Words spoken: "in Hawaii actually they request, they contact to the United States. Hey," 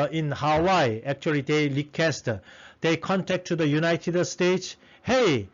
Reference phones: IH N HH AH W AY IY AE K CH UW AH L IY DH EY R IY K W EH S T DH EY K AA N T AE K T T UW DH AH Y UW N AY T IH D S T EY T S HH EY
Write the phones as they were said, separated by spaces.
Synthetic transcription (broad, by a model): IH N HH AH W AY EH K CH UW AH L IY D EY L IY K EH S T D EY K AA N T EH K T T UW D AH Y UW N AY T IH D S T EY T S HH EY